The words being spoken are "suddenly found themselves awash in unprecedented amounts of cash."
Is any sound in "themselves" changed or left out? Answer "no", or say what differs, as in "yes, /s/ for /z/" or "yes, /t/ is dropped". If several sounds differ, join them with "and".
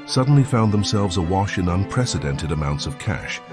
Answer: no